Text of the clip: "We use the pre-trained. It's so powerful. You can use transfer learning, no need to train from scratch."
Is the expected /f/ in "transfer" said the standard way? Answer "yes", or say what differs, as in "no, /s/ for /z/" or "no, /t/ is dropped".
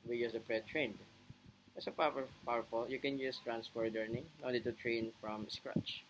no, /p/ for /f/